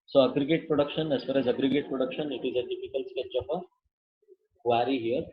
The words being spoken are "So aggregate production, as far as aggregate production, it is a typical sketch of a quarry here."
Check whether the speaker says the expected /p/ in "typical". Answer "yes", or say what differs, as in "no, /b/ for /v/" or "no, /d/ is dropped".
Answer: no, /f/ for /p/